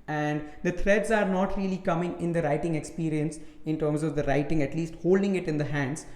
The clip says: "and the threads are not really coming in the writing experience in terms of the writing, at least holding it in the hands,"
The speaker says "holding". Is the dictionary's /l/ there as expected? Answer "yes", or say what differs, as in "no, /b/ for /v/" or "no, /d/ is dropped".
yes